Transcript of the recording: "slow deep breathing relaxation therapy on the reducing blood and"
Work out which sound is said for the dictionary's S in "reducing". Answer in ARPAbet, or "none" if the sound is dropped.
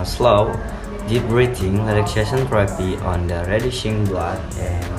SH